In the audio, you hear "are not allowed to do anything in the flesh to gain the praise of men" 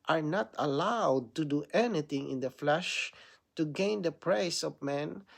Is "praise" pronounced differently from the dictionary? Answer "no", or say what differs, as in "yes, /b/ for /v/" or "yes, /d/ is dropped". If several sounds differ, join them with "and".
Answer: yes, /s/ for /z/